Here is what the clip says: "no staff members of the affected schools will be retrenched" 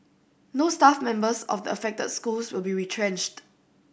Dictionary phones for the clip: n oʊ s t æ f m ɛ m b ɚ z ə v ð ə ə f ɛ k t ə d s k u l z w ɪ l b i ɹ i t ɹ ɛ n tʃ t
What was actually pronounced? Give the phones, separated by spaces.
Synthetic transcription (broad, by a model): n oʊ s t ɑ f m ɛ m b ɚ s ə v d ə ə f ɛ k t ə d s k u l s w ɪ l b i ɹ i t ɹ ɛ n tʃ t